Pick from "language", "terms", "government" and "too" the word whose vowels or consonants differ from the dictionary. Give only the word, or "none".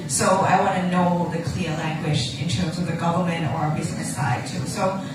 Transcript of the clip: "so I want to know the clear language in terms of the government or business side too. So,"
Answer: none